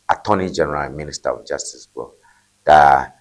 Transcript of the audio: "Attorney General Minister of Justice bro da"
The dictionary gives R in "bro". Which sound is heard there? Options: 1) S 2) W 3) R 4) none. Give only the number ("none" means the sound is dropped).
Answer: 4